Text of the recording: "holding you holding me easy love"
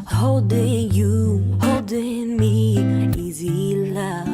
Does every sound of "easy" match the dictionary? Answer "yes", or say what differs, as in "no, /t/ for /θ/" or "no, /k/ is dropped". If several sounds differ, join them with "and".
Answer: yes